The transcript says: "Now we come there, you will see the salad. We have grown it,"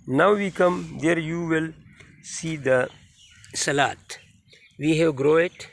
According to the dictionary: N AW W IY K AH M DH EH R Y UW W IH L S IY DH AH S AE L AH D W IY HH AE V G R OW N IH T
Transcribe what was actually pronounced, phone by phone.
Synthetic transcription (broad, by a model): N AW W IY K AH M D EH R Y UW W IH L S IY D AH S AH L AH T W IY HH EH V G R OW IH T